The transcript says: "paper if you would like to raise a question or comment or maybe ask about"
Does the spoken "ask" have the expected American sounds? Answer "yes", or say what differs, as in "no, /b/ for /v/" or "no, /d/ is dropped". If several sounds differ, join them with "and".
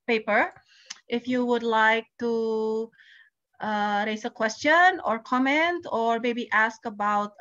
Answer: yes